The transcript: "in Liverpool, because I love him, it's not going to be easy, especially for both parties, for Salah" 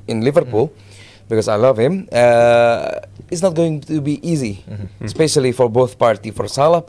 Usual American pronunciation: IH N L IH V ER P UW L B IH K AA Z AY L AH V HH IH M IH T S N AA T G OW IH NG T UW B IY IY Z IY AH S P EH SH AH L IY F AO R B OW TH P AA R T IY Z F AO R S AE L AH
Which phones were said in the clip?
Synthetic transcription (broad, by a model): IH N L IH V ER P UW L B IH K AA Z AY L AH V HH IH M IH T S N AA T G OW IH NG T UW B IY IY Z IY S P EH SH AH L IY F AO R B OW TH P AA R T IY F AO R S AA L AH